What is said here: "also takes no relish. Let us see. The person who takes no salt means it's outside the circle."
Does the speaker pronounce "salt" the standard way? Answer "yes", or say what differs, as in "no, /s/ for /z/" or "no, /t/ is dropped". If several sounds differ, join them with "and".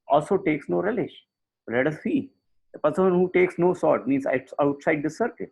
no, /l/ is dropped